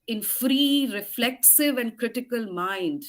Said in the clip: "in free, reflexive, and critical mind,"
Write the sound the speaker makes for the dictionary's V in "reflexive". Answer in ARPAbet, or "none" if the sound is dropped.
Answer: V